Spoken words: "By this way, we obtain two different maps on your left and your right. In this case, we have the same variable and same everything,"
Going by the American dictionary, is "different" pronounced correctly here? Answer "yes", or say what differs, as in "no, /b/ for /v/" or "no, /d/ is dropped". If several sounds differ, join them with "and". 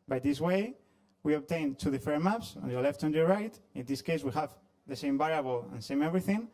no, /ɹ/ is dropped